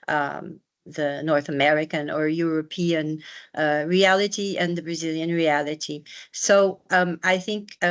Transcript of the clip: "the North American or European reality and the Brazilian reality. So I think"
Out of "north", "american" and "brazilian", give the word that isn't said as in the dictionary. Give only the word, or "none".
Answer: none